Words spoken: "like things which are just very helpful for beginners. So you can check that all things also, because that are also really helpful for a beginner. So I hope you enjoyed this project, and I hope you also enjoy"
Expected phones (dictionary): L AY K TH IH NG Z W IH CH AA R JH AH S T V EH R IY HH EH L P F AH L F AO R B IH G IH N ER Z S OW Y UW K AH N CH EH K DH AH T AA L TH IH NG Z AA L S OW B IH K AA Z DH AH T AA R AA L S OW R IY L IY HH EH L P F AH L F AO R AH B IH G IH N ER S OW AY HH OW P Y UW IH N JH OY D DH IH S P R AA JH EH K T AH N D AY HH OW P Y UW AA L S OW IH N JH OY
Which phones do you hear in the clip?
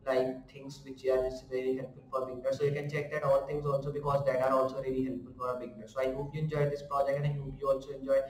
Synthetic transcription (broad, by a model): L AY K T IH NG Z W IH CH AA R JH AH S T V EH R IY HH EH L P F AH L F AO R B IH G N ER S OW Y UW K AH N CH EH K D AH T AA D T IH NG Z AA L S OW B IH K AA Z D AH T AA R AA L S OW R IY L IY HH EH L P F AH L F AO R AH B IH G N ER S OW AY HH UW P Y UW IH N JH OY D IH S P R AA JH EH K AH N AY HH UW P Y UW AA L S OW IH N JH OY